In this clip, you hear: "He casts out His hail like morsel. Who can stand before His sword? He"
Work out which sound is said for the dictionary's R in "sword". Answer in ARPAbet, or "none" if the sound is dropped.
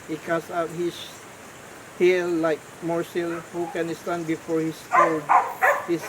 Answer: L